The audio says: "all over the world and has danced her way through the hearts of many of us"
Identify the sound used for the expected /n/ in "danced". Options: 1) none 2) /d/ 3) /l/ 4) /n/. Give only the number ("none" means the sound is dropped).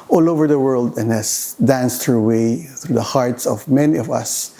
4